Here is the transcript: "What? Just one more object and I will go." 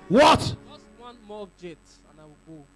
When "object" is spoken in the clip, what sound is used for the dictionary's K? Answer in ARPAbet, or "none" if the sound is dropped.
none